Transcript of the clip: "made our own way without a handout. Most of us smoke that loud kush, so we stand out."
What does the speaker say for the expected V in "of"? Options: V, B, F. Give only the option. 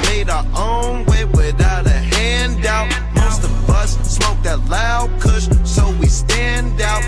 B